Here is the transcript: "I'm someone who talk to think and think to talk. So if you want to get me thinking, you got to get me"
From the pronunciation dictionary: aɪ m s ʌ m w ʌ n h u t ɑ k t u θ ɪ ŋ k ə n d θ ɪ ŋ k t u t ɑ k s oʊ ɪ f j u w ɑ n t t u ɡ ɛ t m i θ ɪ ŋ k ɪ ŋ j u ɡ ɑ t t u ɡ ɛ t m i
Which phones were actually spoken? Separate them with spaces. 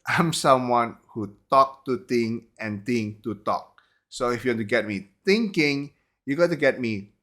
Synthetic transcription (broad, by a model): aɪ m s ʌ m w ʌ n h u t ɑ k t u t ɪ ŋ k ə n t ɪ ŋ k t u t ɑ k s oʊ ɪ f j u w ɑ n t t u ɡ ɛ t m i t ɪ ŋ k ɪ ŋ j u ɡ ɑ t t u ɡ ɛ t m i